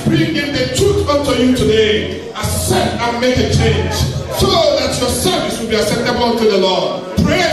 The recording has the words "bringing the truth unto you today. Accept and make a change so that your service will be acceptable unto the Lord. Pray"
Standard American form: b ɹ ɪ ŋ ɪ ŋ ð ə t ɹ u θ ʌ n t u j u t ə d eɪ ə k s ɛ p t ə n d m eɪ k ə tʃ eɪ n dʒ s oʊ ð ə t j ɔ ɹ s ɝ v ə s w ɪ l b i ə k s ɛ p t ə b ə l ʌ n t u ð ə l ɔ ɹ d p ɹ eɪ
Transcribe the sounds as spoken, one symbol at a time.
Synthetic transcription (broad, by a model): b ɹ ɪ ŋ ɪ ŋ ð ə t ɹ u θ ʌ n t u j u t ə d eɪ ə s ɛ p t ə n m eɪ k ə tʃ eɪ n dʒ s oʊ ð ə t j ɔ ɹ s ɝ v ə s w ɪ l b i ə s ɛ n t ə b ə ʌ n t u ð ə l ɔ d p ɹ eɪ